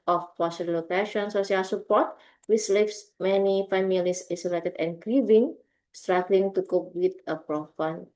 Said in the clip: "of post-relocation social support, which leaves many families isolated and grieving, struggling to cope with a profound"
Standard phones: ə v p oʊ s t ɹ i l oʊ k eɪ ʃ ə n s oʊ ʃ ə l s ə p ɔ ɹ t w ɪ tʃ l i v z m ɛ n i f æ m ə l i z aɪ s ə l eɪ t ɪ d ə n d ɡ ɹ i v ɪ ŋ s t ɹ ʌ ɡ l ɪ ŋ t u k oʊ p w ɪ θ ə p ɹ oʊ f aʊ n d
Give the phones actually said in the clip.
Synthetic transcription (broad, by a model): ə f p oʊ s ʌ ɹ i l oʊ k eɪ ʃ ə n s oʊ s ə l s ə p ɔ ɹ t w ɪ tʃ l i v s m ɛ n i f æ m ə l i s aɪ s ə l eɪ t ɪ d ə n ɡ ɹ i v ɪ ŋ s t ɹ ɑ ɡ l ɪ ŋ t u k oʊ p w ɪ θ ə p ɹ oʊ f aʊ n